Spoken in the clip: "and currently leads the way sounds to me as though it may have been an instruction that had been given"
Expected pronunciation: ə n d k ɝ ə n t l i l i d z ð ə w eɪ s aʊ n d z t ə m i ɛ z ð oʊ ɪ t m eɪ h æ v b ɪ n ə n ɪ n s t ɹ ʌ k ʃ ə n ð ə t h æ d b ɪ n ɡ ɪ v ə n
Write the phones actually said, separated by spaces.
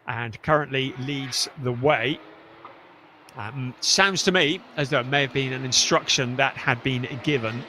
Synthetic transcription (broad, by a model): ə n k ɝ ə n t l i l i d z ð ə w eɪ s aʊ n d z t ə m i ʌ z ð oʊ ɪ t m eɪ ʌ v b ɪ n ə n ɪ n s t ɹ ʌ k ʃ ə n ð ə t h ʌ d b ɪ n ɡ ɪ v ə n